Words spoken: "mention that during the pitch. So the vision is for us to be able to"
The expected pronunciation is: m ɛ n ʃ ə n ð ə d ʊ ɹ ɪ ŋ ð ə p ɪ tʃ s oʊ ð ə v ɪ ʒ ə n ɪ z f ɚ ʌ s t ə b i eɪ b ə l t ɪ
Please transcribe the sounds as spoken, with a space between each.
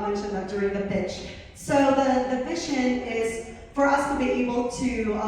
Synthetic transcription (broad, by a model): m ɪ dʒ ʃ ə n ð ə d ʊ ɹ ɪ ŋ ð ə f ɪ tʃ s oʊ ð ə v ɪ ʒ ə n ɪ z f ɚ ʌ s t ə b i eɪ b l t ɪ